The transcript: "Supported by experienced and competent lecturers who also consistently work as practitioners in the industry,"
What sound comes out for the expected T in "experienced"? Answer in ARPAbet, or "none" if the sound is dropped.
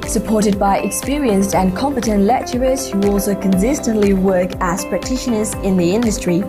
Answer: T